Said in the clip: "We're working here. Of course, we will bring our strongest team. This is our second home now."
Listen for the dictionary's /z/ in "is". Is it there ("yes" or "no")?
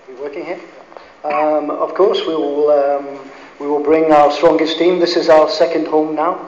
yes